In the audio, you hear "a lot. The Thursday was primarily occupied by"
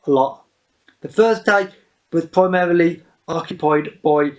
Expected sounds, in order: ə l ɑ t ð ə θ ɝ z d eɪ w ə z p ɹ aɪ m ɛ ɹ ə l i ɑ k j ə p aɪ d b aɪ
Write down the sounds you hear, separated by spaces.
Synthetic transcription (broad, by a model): ə l ɑ t ð ə f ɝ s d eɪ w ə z p ɹ aɪ m ɛ ɹ ə l i ɑ k j ə p aɪ d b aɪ